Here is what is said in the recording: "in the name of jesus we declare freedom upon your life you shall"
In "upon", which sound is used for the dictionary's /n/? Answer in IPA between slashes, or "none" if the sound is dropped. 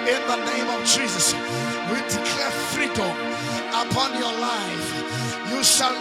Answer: /n/